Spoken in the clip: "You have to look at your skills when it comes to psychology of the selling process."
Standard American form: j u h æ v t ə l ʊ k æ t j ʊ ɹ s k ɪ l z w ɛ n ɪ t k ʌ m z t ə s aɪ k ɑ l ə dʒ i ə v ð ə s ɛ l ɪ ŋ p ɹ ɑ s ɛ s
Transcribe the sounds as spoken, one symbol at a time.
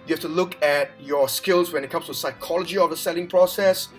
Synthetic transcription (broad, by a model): j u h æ f t ə l ʊ k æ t j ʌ ɹ s k ɪ l z w ɛ n ɪ t k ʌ m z t ə s aɪ k ɑ l ə dʒ i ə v ð ə s ɛ l ɪ ŋ p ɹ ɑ s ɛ s